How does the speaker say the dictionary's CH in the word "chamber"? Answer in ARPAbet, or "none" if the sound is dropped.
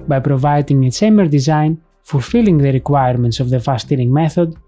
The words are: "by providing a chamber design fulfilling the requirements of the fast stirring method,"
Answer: S